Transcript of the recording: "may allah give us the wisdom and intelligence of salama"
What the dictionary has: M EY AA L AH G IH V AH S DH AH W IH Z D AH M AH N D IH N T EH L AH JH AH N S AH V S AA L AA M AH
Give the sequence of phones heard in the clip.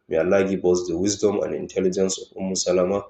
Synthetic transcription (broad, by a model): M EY AA L AH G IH B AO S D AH W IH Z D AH M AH N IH N T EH L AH JH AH N S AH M S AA L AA M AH